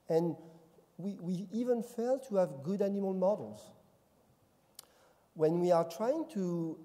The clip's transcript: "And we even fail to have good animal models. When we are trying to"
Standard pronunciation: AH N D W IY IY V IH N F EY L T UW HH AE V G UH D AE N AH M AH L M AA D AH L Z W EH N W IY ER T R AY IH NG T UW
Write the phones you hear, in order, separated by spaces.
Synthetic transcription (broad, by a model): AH N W W IY IY V IH N F EY L T UW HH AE V G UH D AE N AH M AH L M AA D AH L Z W EH N W IY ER T R AY IH NG T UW